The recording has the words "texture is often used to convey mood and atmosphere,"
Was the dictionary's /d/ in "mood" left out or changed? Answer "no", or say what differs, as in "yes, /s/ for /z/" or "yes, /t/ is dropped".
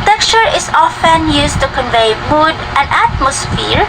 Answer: no